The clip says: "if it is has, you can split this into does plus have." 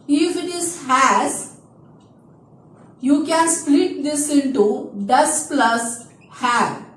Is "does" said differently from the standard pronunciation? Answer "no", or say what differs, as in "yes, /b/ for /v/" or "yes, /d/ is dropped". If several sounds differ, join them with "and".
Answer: yes, /s/ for /z/